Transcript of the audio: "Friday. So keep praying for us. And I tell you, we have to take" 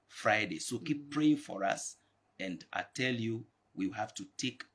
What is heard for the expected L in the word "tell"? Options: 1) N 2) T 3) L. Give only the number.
3